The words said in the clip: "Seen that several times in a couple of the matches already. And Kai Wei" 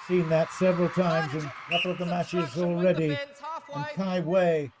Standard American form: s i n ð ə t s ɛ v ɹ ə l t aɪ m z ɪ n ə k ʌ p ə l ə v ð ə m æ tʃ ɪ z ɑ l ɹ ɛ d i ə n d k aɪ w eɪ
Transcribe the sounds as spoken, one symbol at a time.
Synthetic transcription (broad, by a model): s i n ð ə t s ɛ v ɹ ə l t aɪ m z ɪ n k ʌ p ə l ə v ð ə m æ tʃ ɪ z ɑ l ɹ ɛ d i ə n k aɪ w eɪ